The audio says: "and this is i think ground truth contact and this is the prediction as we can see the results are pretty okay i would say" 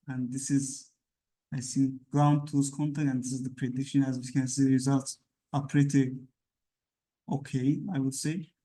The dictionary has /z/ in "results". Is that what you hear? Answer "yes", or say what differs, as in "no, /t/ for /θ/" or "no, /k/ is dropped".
yes